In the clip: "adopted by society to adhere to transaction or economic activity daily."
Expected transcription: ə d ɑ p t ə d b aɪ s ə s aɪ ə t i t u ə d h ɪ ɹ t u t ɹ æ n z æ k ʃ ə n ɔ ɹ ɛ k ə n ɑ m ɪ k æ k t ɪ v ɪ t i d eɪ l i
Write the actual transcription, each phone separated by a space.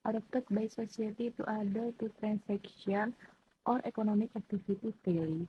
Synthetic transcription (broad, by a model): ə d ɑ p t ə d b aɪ s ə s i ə t i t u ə d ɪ l t u t ɹ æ n s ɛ k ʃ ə n ɔ ɹ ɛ k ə n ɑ m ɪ k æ k t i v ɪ t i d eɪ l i